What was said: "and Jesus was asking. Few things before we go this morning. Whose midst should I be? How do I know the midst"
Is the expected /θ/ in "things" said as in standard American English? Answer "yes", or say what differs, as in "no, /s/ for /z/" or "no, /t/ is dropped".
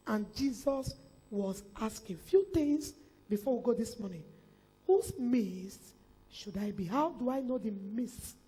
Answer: no, /t/ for /θ/